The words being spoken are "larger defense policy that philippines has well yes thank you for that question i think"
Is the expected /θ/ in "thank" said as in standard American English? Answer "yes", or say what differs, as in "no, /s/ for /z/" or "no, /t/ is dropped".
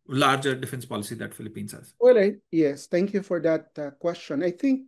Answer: no, /t/ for /θ/